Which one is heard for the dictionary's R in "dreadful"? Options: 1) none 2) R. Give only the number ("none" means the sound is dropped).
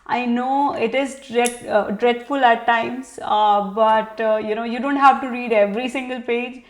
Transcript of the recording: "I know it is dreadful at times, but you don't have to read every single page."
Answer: 2